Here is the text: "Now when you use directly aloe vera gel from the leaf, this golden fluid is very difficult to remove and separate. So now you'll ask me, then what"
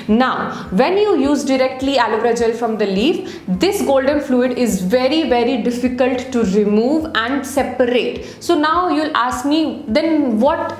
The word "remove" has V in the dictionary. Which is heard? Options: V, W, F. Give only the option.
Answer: V